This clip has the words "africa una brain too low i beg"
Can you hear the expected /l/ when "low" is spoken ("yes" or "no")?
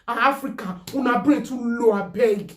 yes